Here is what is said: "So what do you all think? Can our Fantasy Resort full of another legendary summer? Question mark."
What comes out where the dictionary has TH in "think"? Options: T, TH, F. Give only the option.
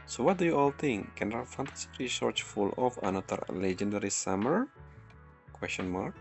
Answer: T